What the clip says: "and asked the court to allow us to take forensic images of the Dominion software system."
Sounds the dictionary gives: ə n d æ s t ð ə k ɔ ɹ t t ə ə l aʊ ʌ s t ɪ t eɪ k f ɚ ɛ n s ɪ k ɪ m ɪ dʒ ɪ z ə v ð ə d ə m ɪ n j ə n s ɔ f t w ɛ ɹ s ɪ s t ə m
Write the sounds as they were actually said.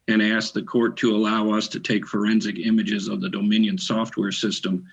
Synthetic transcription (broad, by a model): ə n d æ s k ð ə k ɔ ɹ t t ə ə l aʊ ʌ s t ɪ t eɪ k f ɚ ɛ n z ɪ k ɪ m ɪ dʒ ɪ z ə v ð ə d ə m ɪ n j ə n s ɔ f t w ɛ ɹ s ɪ s t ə m